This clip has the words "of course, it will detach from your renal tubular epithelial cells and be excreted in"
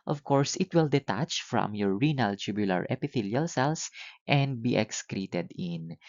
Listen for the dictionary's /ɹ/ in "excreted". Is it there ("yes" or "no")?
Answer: yes